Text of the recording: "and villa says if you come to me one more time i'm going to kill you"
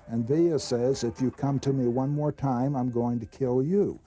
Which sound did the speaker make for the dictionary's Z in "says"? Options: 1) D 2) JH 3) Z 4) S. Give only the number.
3